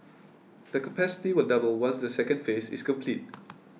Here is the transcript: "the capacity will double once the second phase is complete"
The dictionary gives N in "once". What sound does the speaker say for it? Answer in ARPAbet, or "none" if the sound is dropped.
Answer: L